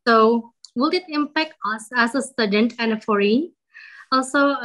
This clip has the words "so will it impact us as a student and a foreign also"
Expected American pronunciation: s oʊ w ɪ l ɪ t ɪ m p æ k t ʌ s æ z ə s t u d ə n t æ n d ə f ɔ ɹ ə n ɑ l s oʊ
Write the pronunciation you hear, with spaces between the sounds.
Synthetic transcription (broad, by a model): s oʊ w ɪ l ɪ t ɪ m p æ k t ʌ s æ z ə s t u d ə n t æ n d ə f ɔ ɹ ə ɑ l s oʊ